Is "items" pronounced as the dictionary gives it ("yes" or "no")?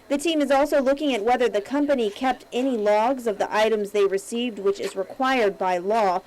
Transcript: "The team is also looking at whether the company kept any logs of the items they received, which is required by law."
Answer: yes